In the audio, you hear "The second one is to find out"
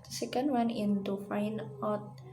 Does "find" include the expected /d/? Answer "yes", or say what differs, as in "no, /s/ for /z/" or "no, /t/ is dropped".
no, /d/ is dropped